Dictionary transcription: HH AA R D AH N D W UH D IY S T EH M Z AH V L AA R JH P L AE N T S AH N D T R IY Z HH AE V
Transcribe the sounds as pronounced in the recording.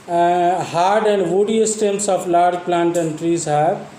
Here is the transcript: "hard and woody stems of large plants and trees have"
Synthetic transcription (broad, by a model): HH AA R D AH N D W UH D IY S T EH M S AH P L AA R JH P L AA N T AH N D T R IY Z HH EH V